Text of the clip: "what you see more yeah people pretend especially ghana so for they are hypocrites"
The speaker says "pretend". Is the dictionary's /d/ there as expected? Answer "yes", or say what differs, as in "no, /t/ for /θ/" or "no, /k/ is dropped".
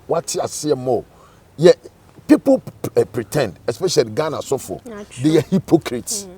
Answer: yes